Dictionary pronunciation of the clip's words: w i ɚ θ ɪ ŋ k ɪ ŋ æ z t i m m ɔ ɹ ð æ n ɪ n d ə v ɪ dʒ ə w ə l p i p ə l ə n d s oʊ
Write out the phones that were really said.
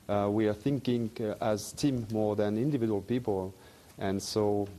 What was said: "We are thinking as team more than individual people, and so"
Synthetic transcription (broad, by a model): w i ɚ θ ɪ ŋ k ɪ ŋ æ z t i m m ɔ ɹ ð æ n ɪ n d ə v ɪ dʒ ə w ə l p i p ə l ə n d s oʊ